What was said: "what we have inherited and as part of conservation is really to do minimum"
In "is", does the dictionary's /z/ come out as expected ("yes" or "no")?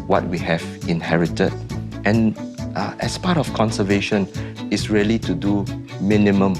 no